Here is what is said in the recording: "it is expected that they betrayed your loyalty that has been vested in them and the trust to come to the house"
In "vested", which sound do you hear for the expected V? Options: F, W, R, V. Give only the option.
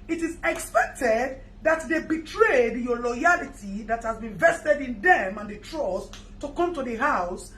V